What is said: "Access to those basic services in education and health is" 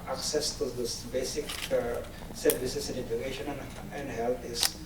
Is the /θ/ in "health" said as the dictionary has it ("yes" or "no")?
no